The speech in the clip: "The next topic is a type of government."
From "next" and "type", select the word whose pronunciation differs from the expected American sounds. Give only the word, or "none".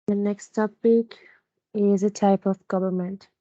none